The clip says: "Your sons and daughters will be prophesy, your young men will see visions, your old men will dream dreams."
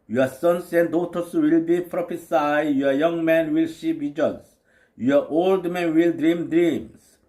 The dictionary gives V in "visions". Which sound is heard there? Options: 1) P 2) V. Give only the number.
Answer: 1